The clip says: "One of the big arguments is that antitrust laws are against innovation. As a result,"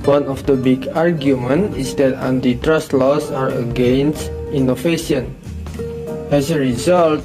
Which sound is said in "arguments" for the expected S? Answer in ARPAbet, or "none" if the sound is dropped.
none